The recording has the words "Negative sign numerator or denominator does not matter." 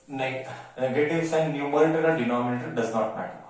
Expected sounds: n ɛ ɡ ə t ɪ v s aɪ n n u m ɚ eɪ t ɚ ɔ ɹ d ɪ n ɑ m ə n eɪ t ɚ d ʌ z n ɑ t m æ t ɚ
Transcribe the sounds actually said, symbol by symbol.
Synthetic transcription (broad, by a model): n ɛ ɡ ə t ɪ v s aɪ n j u m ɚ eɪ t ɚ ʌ l d ɪ n ɑ m ə n eɪ t ɚ d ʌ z n ɑ t m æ t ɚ